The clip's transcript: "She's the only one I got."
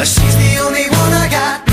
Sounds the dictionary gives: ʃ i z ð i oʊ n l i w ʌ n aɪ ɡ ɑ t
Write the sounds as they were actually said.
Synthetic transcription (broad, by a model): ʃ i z ð i oʊ n l i w ʌ n aɪ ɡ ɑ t